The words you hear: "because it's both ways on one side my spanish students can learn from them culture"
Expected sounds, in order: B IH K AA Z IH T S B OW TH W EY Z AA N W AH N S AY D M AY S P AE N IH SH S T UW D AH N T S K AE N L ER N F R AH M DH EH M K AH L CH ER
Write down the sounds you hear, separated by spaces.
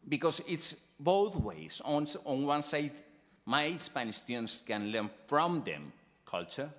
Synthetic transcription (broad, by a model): B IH K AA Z IH T S B OW TH W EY S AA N W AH N S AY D M AY S P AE N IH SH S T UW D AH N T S K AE N L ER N F R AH M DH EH M K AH L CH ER